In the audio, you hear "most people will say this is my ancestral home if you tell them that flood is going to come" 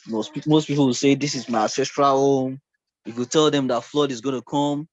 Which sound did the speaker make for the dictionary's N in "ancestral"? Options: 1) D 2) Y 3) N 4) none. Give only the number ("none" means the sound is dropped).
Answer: 4